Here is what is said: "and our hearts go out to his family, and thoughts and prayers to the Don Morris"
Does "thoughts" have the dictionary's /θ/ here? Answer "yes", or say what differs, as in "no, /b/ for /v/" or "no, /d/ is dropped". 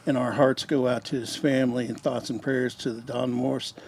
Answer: yes